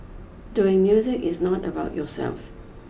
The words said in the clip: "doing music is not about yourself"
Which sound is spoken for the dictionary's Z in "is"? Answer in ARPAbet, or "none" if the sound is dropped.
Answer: Z